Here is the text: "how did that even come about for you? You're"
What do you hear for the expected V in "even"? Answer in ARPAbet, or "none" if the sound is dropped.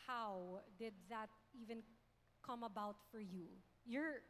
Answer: V